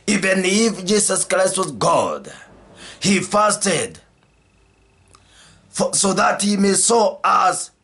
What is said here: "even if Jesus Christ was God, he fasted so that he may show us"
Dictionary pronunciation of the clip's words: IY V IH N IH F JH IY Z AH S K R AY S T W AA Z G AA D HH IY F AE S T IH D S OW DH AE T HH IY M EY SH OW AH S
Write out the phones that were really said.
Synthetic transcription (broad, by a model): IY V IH N IH F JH IY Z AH S K R AY S T W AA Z G AA D HH IY F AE S T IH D S OW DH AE T HH IY M EY S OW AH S